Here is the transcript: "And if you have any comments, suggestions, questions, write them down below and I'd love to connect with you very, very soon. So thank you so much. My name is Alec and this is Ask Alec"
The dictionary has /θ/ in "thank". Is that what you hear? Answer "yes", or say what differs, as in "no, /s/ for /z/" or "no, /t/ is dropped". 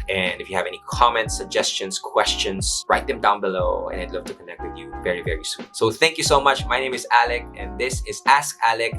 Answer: yes